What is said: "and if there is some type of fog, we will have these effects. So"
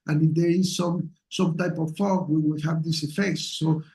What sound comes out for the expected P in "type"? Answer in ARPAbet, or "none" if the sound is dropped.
P